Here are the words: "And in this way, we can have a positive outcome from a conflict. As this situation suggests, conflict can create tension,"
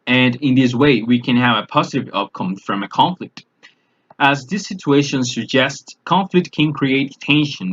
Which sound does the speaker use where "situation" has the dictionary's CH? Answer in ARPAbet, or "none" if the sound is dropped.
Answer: CH